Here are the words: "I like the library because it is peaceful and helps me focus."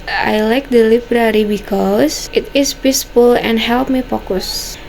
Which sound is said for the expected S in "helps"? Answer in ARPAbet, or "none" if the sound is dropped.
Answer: none